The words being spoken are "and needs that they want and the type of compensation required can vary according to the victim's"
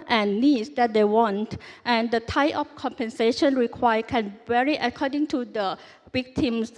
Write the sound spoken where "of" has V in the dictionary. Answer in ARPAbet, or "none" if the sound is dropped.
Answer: F